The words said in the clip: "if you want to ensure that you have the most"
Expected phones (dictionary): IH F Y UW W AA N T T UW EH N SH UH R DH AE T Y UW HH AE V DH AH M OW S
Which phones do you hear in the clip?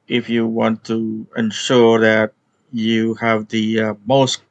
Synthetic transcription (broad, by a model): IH F Y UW W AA N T T UW EH N SH UH R DH AE T Y UW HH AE V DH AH M OW S